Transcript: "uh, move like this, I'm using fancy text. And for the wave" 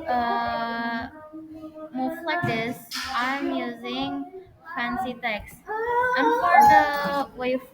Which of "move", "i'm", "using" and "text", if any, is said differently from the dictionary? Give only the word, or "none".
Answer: move